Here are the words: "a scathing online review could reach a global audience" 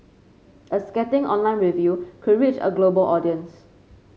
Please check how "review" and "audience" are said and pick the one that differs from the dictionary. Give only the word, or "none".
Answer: none